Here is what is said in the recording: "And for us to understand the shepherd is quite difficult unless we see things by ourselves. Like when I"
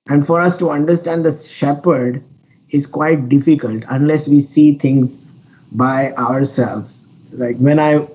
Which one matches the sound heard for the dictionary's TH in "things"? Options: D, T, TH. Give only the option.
T